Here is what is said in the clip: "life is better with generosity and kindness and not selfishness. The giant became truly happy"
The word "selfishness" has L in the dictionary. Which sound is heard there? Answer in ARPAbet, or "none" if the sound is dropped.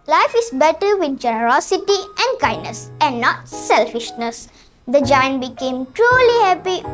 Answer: L